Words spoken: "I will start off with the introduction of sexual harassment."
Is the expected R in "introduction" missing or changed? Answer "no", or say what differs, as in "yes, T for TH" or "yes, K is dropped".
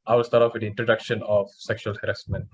no